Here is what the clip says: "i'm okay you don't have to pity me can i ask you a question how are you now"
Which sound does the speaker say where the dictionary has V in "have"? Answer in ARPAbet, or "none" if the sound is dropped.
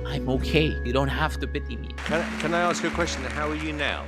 F